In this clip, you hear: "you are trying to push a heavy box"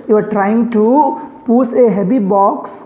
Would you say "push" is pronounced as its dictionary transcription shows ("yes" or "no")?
no